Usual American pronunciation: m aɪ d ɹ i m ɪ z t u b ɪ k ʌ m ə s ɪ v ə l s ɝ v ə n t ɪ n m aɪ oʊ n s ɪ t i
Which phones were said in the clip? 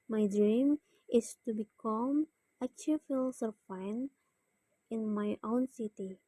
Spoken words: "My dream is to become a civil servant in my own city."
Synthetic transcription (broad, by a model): m aɪ d ɹ i m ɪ s t u b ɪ k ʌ m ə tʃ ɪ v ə l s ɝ f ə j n ɪ n m aɪ oʊ n s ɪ t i